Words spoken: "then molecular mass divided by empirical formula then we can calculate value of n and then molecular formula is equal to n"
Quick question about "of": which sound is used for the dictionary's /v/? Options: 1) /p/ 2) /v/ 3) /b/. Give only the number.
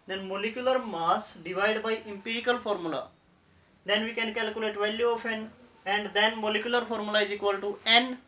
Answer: 1